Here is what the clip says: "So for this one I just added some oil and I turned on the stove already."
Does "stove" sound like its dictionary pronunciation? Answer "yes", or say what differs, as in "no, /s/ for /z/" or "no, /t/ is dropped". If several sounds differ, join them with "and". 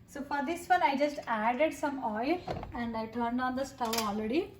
no, /v/ is dropped